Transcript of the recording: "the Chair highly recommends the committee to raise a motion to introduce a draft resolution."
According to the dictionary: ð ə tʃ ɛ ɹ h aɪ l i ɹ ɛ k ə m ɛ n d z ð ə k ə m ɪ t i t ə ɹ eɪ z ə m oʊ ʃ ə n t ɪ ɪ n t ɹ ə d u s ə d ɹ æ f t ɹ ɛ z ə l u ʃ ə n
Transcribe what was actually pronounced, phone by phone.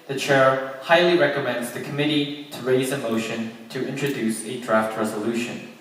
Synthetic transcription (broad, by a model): ð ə tʃ ɛ ɹ h aɪ l i ɹ ɛ k ə m ɛ n d z ð ə k ə m ɪ t i t ə ɹ eɪ z ə m oʊ ʃ ə n t ɪ ɪ n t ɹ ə d u s ə d ɹ æ f t ɹ ɛ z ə l u ʃ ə n